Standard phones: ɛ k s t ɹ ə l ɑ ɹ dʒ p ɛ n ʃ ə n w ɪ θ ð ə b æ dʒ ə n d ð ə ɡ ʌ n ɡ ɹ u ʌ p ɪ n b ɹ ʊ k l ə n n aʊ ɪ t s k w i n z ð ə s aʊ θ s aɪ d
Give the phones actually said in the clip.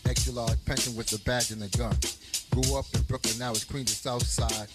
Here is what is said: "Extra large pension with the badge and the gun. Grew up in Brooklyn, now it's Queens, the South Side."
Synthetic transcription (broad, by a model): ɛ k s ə l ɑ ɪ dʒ p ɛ n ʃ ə n w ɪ ð ə b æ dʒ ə n ð ə ɡ ʌ n ɡ ɹ u ʌ p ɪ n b ɹ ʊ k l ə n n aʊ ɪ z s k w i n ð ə s aʊ θ s aɪ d